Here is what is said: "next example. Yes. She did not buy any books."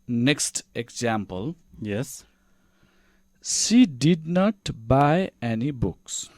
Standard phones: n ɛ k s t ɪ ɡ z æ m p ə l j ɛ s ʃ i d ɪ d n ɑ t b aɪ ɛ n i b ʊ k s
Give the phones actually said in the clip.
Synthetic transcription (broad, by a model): n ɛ k s t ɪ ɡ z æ m p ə l j ɛ s s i d ɪ d n ɑ t b aɪ ɛ n i b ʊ k s